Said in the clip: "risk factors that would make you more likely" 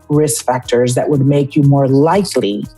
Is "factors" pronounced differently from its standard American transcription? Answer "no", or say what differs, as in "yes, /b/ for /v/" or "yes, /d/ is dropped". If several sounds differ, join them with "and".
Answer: no